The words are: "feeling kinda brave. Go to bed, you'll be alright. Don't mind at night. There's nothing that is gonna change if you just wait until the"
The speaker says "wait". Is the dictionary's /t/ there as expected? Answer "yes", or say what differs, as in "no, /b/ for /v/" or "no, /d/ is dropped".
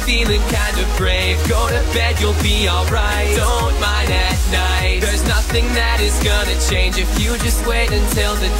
yes